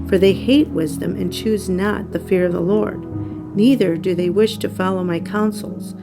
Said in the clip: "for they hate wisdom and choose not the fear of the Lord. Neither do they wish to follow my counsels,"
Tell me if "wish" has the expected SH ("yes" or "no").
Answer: yes